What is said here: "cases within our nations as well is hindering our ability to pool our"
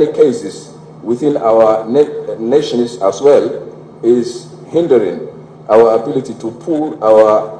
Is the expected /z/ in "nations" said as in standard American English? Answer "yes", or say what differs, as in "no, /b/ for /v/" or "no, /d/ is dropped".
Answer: no, /s/ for /z/